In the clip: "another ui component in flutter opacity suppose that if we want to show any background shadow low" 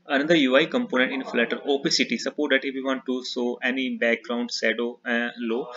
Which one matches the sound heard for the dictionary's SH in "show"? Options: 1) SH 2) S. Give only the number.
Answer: 2